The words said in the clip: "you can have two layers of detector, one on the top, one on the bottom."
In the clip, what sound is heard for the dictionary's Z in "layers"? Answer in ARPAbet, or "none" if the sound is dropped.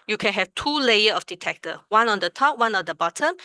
none